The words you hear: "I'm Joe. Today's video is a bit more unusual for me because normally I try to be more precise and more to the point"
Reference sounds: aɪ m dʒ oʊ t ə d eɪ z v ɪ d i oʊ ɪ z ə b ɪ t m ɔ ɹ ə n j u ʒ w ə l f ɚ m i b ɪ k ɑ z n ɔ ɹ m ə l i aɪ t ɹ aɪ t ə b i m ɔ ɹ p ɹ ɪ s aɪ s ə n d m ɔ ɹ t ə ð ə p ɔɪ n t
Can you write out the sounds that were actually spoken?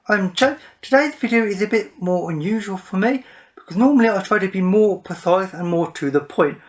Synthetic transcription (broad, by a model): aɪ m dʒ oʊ t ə d eɪ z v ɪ d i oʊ ɪ z ə b ɪ t m ɔ ɹ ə n j u ʒ w ə l f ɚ m i b ɪ k ɑ z n ɔ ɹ m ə l i aɪ t ɹ aɪ t ə b i m ɔ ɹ p ɪ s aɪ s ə n m ɔ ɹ t ə ð ə p ɔɪ n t